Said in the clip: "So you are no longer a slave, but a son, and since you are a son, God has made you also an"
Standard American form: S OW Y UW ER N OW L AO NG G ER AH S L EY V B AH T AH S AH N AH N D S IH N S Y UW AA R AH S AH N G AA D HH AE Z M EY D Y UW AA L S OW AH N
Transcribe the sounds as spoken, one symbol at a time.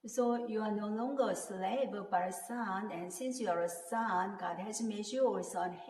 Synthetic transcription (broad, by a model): S OW Y UW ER N OW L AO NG G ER AH S L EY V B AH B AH S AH N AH N S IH N S Y UW AA R AH S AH N G AA D HH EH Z M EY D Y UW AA S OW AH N